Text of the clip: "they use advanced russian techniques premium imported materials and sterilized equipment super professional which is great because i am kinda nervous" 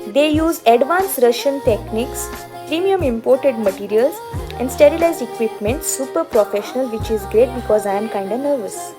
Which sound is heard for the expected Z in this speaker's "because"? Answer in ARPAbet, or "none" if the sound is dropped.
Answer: Z